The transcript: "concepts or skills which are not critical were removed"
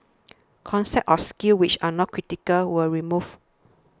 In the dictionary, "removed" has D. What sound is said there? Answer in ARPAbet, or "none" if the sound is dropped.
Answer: none